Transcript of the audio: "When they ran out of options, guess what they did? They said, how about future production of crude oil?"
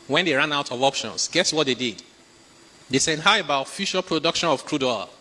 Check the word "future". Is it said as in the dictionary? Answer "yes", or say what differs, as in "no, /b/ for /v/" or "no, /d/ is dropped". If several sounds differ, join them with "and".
no, /ʃ/ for /tʃ/